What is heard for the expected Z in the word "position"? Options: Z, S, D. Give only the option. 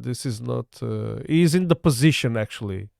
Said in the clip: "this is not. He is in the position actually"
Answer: Z